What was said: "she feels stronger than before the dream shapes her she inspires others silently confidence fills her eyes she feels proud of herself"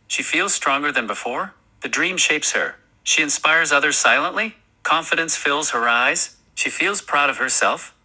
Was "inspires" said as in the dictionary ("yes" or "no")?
yes